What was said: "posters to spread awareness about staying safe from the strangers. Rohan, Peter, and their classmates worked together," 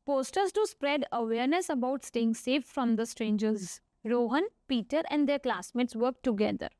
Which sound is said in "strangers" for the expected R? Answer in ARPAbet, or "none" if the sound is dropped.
R